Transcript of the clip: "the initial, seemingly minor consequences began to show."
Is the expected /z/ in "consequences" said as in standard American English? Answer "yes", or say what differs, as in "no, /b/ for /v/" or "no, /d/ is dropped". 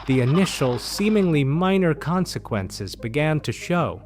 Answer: yes